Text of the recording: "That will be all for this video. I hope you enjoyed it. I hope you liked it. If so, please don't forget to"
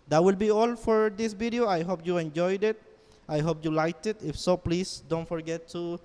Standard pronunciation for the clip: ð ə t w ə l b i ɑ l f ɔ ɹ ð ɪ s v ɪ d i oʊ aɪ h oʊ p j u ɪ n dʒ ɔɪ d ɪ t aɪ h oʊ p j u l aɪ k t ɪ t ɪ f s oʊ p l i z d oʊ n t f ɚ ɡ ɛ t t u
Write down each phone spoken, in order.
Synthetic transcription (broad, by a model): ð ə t w ə l b i ɑ l f ɔ ɹ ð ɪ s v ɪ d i oʊ aɪ h oʊ p j u ɪ n dʒ ɔɪ d ɪ t aɪ h oʊ p j u l aɪ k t ɪ t ɪ f s oʊ p l i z d oʊ n t f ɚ ɡ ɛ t t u